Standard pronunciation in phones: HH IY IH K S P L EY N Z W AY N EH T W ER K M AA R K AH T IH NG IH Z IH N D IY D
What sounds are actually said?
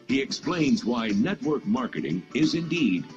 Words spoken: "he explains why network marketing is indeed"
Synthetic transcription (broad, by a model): HH IY IH K S P L EY N Z W AY N EH T W ER K M AA R K AH T IH NG IH Z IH N D IY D